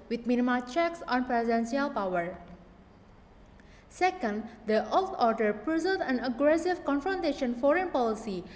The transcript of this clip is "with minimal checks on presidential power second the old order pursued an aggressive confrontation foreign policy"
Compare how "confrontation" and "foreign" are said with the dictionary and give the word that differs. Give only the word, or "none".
none